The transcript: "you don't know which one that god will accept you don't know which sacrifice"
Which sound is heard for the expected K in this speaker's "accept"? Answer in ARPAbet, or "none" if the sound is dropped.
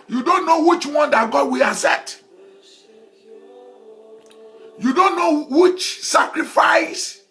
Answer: none